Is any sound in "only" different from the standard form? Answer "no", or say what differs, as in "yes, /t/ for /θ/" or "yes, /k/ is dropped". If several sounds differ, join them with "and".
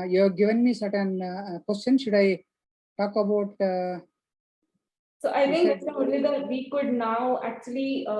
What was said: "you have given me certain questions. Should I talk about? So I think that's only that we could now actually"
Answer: yes, /n/ is dropped